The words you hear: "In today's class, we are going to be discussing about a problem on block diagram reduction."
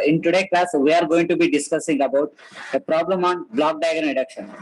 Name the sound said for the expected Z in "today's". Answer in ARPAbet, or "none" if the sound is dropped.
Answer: none